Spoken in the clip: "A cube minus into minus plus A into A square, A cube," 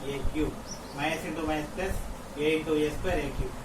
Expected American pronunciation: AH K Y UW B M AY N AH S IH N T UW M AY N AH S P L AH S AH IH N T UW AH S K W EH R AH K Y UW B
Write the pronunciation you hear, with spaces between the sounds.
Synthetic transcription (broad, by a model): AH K Y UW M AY AH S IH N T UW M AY AH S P AH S AH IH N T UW AH S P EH R AH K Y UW